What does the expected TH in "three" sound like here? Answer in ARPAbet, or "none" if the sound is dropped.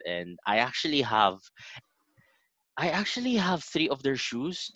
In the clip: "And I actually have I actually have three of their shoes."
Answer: TH